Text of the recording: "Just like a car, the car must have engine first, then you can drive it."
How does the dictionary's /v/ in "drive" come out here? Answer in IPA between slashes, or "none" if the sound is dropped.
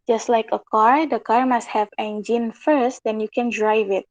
/v/